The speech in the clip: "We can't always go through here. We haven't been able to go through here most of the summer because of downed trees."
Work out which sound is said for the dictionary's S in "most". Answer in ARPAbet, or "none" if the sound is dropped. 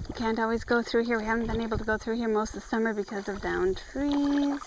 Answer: S